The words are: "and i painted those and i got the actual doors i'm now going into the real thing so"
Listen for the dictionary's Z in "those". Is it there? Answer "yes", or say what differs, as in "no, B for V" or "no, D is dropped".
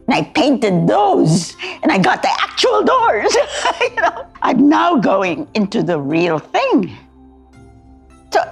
yes